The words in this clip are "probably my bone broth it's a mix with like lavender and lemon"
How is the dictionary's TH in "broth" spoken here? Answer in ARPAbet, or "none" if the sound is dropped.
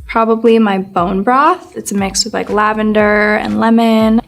TH